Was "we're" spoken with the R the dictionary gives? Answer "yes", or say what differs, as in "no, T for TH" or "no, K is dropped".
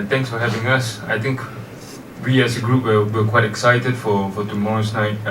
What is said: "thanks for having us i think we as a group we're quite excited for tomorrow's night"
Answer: no, W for R